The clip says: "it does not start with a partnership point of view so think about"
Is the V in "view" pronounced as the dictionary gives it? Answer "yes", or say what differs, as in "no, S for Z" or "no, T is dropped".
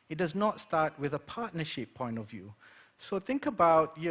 yes